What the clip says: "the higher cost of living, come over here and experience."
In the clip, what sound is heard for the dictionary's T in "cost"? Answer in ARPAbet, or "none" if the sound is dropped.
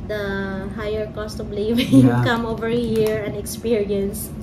T